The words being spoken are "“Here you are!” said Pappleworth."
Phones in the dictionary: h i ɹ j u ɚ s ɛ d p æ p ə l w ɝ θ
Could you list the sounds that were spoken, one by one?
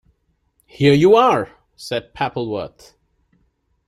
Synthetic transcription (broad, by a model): h i ɹ j u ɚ s ɛ d p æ p l w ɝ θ